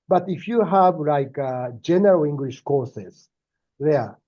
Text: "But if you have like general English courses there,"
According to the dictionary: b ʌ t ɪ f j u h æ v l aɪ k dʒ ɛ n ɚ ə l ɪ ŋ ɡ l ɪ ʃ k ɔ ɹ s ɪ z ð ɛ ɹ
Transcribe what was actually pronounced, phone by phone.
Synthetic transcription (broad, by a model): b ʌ t ɪ f j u h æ v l aɪ k dʒ ɛ n ɚ ə l ɪ ŋ ɡ l ɪ ʃ k ɔ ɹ s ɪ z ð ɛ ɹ